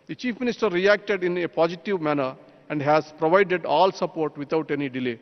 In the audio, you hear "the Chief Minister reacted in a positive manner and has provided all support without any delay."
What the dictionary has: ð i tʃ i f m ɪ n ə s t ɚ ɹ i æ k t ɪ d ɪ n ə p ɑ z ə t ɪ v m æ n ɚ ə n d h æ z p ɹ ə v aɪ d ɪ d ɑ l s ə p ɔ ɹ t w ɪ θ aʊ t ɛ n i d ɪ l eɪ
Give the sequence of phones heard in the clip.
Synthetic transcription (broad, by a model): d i tʃ i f m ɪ n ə s t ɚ ɹ i æ k t ɪ d ɪ n ə p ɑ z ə t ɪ v m æ n ɚ ə n d h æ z p ɹ ə v aɪ d ɪ d ɑ l s ə p ɔ ɹ t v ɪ t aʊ t ɛ n i d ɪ l eɪ